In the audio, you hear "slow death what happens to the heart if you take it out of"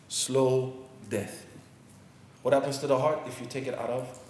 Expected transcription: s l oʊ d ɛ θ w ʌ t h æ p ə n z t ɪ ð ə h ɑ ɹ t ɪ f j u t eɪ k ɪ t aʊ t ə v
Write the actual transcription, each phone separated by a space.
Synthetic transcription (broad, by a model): s l oʊ d ɛ θ w ʌ t h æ p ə n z t ɪ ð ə h ɑ ɹ t ɪ f j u t eɪ k ɪ t aʊ t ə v